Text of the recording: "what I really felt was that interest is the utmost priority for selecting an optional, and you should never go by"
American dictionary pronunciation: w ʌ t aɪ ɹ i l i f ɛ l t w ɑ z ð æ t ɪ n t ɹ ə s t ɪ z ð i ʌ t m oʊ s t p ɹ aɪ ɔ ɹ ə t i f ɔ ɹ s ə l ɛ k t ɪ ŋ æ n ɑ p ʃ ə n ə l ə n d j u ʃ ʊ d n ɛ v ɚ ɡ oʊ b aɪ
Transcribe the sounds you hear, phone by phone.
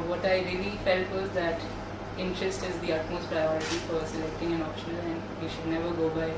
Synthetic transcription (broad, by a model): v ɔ t aɪ ɹ i l i f ɛ l t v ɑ z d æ t ɪ n t ɹ ə s t ɪ z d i ʌ t m oʊ s t p ɹ aɪ ɔ ɹ ə t i f ɔ ɹ s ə l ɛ k t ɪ ŋ æ n ɑ p ʃ ə n ə l ə n d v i ʃ ʊ d n ɛ v ɚ ɡ oʊ b aɪ